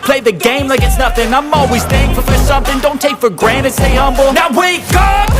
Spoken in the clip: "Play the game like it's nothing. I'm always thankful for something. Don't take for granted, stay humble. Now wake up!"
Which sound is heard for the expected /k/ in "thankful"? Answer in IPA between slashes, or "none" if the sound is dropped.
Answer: none